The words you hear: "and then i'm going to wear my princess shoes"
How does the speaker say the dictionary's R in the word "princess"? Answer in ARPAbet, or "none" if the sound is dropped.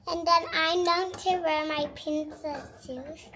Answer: none